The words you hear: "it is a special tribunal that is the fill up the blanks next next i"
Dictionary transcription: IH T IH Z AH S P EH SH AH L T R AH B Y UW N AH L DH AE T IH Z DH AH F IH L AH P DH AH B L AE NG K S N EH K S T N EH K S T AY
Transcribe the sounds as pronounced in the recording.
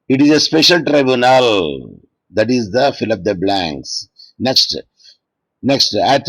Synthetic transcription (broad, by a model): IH T IH Z AH S P EH SH AH L T R AH B Y UW N AH L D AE T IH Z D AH F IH L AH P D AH B L AE NG K S N EH K S T N EH K S T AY